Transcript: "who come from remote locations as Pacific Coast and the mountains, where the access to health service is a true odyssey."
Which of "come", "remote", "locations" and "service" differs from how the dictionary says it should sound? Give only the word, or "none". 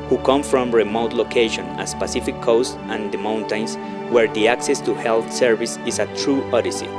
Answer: locations